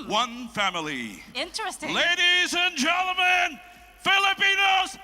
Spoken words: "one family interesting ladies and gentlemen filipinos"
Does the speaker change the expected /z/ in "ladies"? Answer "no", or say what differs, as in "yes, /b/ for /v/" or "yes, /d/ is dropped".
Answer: no